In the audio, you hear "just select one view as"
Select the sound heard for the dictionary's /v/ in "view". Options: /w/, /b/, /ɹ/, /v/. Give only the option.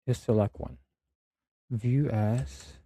/v/